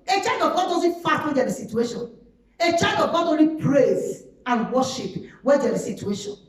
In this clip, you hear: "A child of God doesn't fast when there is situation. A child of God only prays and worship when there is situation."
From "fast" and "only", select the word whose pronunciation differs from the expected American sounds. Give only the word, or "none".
fast